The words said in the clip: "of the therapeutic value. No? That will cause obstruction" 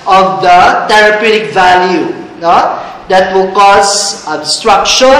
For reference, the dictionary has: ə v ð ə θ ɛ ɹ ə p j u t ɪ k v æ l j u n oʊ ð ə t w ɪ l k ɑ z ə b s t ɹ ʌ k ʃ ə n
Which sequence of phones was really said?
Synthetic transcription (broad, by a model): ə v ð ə t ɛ ɹ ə p j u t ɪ k v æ l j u n oʊ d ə t w ɪ l k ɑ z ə s t ɹ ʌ k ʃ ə